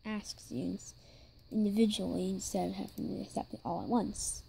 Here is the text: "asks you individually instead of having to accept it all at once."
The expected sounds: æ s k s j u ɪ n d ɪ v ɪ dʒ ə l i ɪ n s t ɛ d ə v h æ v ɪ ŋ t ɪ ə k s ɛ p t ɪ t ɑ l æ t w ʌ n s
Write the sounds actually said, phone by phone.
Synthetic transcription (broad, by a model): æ s k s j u ɪ n d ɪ v ɪ dʒ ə l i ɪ n s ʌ ə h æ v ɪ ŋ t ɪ ə k s ɛ p t ɪ t ɑ l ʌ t w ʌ n s